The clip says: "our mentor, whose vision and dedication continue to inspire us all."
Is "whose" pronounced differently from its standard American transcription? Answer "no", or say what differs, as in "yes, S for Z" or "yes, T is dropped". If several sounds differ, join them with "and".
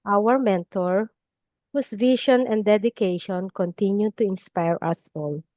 yes, S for Z